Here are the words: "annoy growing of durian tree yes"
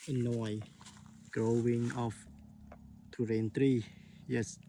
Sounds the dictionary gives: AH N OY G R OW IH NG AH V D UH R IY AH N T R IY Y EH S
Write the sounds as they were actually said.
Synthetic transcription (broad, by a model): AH N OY G R OW IH NG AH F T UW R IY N T R IY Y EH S